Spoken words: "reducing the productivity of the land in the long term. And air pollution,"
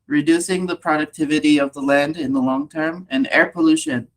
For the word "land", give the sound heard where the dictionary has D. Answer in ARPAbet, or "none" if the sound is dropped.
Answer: D